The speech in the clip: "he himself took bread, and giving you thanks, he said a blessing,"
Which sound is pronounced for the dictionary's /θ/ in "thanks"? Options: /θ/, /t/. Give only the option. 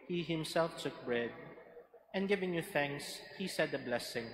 /θ/